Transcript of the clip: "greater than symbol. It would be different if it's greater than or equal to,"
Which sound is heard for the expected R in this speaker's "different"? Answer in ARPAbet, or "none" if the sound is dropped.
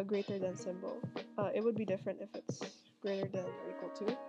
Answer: R